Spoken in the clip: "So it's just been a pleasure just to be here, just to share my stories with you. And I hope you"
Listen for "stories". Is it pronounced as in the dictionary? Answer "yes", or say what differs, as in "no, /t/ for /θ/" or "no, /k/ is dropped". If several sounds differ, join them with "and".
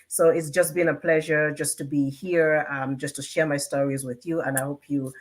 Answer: yes